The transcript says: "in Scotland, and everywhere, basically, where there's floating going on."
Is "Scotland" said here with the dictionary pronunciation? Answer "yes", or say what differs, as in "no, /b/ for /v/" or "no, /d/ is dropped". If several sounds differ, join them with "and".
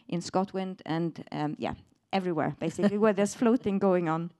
no, /w/ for /l/